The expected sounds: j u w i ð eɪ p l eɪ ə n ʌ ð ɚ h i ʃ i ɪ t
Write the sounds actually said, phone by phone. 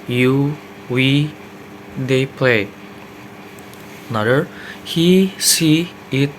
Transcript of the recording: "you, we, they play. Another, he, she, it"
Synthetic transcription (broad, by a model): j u w i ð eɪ p l eɪ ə n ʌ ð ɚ h i s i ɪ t